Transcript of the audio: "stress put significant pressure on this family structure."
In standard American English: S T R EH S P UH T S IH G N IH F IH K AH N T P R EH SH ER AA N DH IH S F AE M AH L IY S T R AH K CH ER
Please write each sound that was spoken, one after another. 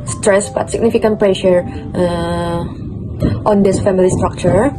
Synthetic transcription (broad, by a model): S T R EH S B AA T S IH G N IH F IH K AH N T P R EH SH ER AA N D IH S F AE M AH L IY S T R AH K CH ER